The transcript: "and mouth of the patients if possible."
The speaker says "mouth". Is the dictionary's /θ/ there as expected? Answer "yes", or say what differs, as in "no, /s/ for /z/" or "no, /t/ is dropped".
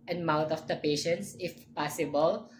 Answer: no, /t/ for /θ/